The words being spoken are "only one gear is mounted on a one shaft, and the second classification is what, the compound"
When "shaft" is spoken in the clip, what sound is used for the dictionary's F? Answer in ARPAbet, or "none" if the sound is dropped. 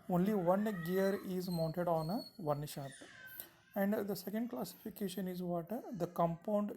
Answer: none